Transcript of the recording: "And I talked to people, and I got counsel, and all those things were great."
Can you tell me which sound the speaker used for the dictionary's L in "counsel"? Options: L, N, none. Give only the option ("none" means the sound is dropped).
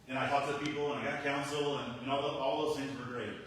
N